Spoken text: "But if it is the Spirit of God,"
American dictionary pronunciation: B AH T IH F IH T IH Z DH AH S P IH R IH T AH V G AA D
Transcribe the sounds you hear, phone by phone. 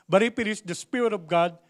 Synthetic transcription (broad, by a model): B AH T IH P IH T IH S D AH S P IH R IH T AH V G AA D